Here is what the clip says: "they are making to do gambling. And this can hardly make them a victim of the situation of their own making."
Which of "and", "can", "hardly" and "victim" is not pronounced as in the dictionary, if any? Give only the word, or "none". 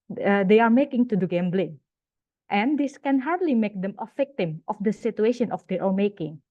victim